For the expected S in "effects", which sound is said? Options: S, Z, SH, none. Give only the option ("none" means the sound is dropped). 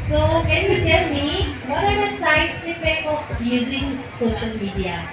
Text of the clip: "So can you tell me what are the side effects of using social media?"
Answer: none